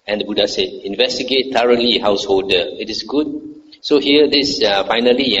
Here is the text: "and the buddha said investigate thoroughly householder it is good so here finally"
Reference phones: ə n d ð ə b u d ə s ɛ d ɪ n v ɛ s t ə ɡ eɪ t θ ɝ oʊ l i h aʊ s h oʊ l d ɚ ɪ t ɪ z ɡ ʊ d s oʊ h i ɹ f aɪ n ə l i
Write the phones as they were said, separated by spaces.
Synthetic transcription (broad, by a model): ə n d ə b u d ə s ɛ d ɪ n v ɛ s t ə ɡ eɪ t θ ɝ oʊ l i h aʊ s h oʊ l d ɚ ɪ t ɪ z ɡ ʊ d s oʊ h i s f aɪ n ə l i